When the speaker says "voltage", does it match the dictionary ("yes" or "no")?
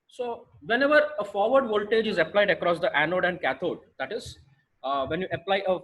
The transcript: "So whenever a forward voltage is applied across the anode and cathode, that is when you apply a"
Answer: yes